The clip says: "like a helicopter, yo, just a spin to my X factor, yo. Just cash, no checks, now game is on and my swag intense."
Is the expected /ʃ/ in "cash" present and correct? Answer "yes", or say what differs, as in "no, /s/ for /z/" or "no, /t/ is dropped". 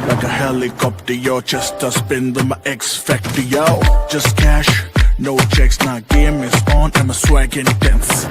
yes